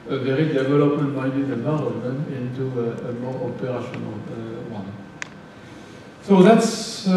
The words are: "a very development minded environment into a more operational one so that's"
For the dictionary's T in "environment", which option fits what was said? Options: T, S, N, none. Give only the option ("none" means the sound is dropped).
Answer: none